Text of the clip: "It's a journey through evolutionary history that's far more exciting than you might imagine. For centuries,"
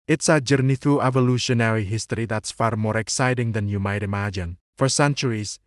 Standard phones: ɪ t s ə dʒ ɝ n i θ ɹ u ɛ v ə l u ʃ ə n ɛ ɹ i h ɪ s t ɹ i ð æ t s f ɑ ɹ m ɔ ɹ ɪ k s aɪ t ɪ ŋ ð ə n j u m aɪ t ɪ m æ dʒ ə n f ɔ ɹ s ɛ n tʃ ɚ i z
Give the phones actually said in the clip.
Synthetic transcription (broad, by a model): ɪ t s ə dʒ ɝ n i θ u ɛ v ə l u ʃ ə n ɛ ɹ i h ɪ s t ɹ i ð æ t s f ɑ ɹ m ɔ ɹ ɪ k s aɪ t ɪ ŋ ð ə n j u m aɪ t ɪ m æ dʒ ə n f ɔ ɹ s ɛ n tʃ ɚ i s